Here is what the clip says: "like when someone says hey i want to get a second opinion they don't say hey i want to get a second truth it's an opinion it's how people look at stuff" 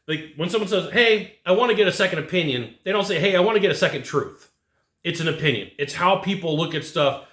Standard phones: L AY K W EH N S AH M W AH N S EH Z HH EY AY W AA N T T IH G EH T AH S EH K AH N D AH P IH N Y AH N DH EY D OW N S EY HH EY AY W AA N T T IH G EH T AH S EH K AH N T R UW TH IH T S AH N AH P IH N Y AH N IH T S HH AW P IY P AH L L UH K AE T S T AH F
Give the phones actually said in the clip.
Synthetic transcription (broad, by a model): L AY K W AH N S AH M W AH N S EH Z HH EY AY W AA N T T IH G EH T AH S EH K AH N D AH P IH N Y AH N DH EY D OW N S EY HH EY AY W AA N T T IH G EH T AH S EH K AH N T R UW TH IH T S AH N AH P IH N Y AH N IH T S HH AW P IY P L L UH K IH T S T AH F